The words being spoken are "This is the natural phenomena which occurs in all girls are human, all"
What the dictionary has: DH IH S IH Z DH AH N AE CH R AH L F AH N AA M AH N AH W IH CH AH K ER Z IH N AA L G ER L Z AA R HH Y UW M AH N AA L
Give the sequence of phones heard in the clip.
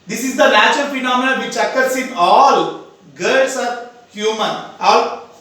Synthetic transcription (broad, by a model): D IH S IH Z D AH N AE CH AH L F AH N AA M AH N AH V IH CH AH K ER S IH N AA L G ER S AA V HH Y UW M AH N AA